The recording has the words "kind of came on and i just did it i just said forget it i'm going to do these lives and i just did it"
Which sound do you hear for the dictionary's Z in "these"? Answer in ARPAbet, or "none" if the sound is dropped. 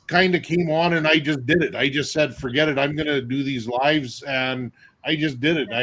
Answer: Z